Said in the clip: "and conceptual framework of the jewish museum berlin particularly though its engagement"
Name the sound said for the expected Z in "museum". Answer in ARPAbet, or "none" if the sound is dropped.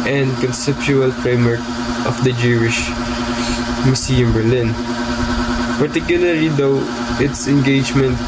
S